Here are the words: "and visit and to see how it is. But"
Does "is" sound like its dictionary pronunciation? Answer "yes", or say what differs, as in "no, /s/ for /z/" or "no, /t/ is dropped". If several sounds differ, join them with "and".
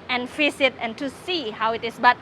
no, /s/ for /z/